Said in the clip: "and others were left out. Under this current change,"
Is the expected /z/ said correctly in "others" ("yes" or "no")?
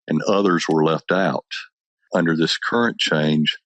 yes